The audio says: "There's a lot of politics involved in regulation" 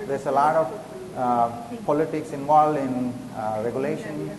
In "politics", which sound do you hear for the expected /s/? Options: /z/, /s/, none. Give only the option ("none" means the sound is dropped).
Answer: /s/